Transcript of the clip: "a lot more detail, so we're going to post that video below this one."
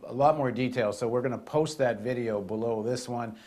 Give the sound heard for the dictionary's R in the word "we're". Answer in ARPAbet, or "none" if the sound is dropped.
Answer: R